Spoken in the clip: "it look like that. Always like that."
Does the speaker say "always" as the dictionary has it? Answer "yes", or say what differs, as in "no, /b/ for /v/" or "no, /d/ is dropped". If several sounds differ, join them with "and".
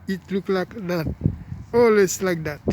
no, /s/ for /z/